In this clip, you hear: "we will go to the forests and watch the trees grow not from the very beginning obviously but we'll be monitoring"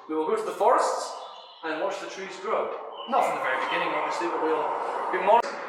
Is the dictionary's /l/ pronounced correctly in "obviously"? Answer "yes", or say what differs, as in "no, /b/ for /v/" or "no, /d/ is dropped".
no, /l/ is dropped